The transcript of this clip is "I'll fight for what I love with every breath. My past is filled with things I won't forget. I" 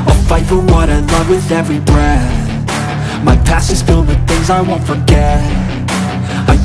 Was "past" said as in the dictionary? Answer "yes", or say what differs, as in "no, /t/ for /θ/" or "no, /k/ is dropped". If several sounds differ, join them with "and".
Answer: no, /t/ is dropped